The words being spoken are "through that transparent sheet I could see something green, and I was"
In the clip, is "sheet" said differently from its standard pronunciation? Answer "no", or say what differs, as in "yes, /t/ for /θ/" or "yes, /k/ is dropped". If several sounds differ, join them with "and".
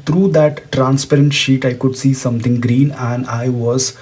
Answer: no